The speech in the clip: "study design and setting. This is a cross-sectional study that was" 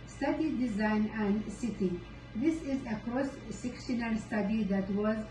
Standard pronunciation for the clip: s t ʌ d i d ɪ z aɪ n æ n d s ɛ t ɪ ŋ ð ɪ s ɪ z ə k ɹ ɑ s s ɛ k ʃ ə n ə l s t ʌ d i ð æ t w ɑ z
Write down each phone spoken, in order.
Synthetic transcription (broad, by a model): s t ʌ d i d ɪ z aɪ n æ n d s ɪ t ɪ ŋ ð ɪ s ɪ z ə k ɹ ɑ s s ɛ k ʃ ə n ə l s t ʌ d i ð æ t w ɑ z